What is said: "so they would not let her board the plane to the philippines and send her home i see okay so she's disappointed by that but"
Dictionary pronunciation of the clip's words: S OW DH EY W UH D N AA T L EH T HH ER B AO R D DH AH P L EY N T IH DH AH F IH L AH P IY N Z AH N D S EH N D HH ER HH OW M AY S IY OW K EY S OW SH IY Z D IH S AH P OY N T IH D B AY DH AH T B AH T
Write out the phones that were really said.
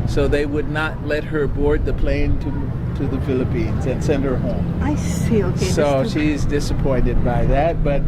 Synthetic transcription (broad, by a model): S OW DH EY W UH D N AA T L EH T HH ER B AO R D DH AH P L EY N T IH DH AH F IH L AH P IY N Z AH N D S EH N D HH ER HH OW M AY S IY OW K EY S OW SH IY Z D IH S AH P OY N T IH D B AY DH AH T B AH T